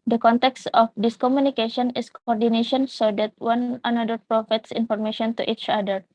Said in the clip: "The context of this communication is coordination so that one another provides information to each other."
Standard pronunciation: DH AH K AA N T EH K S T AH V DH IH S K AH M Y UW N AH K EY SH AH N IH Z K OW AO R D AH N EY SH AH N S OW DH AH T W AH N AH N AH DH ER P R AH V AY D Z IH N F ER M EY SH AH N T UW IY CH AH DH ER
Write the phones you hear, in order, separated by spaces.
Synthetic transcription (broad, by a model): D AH K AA N T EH K S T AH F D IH S K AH M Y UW N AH K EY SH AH N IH S K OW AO R D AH N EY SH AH N S OW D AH T W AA N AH N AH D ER P R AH F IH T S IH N F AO M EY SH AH N T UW IY CH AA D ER